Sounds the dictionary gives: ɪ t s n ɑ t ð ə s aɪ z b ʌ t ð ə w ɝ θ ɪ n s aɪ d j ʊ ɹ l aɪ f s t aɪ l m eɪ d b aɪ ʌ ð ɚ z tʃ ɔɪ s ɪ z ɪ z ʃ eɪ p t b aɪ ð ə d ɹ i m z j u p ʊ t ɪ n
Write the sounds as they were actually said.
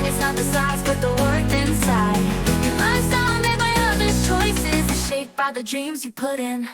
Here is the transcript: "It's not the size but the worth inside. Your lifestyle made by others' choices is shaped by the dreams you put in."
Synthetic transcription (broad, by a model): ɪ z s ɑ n ð ə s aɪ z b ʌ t ð ə w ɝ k ɪ n s aɪ d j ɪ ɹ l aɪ s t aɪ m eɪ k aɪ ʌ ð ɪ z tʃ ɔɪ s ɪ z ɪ ʃ eɪ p b aɪ ð ə d ɹ i m z j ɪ p ʊ t ɪ n